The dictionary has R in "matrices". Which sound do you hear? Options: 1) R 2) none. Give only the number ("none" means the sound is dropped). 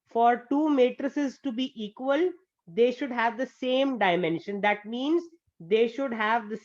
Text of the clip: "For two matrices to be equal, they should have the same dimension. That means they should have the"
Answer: 1